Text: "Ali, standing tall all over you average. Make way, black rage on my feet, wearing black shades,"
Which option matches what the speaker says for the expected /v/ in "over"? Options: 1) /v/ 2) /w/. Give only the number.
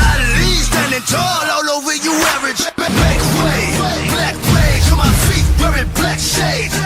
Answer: 2